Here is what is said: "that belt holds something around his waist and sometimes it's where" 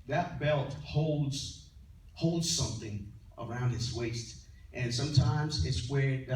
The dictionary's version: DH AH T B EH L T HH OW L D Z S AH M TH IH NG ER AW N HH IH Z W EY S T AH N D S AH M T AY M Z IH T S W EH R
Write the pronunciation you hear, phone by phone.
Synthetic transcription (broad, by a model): DH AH T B EH L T HH OW L D Z S AH M TH IH NG ER AW N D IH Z W EY S T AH N S AH M T AY M Z IH T S W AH R